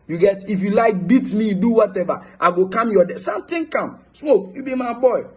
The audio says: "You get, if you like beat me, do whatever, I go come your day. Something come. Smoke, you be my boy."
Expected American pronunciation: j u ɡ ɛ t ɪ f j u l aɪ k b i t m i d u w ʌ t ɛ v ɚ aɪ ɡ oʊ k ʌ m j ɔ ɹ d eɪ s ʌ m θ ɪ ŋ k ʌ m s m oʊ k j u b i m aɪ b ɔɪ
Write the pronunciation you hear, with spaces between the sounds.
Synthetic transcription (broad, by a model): j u ɡ ɛ t ɪ f j u l aɪ k b i t m i d u w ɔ t ɛ v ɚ aɪ ɡ oʊ k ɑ m j ɔ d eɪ s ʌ m t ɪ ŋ k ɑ m s m oʊ k j u b i m aɪ b ɔɪ